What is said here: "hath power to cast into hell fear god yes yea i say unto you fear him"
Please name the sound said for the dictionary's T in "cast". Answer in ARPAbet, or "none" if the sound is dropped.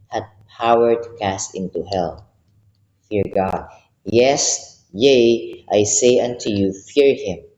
T